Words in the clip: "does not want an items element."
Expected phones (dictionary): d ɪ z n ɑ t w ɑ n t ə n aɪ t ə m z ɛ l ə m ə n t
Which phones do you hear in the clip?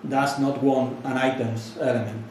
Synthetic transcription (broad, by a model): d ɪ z n ɑ t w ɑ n ə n aɪ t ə m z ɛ l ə m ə n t